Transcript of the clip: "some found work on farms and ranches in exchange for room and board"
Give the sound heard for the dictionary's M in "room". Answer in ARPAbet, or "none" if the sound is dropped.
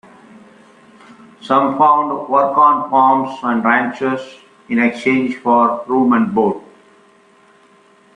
M